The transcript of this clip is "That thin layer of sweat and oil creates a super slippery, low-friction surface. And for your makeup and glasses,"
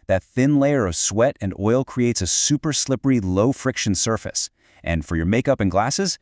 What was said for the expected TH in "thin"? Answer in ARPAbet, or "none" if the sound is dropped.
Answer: TH